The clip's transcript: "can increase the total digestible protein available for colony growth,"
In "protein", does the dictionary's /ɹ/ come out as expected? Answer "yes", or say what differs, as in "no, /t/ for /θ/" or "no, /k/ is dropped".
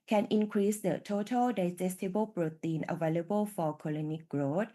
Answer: yes